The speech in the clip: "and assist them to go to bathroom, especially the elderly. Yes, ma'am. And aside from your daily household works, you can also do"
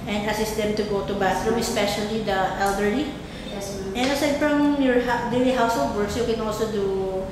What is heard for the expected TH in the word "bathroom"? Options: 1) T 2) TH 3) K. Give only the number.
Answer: 1